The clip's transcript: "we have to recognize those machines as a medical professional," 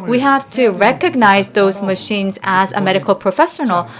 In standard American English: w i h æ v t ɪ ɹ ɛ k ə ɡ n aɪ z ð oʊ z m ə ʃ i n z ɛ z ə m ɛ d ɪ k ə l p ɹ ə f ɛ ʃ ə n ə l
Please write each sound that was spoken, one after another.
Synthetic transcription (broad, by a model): w i h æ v t ɪ ɹ ɛ k ə ɡ n aɪ z ð oʊ z m ə ʃ i n z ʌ z ə m ɛ d ɪ k ə l p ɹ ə f ɛ ʃ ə n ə l